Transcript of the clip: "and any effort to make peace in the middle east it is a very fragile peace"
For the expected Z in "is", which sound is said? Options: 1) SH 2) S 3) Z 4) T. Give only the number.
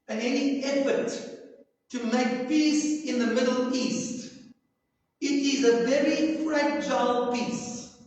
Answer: 3